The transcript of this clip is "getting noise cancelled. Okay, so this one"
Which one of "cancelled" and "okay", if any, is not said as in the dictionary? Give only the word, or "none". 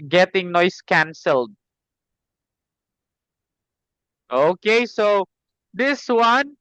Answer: none